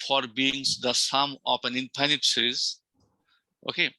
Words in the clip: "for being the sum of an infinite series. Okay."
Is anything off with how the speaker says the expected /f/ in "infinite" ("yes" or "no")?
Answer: yes